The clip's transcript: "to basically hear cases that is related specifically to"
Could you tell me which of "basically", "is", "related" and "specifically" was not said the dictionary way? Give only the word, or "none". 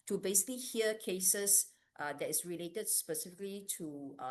is